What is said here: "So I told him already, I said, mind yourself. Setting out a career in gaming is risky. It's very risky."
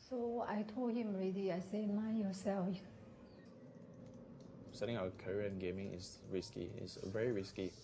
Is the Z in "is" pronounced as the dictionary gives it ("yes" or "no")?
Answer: no